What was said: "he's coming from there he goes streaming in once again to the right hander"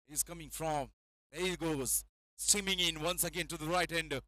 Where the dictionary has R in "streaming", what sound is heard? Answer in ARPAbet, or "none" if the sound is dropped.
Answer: none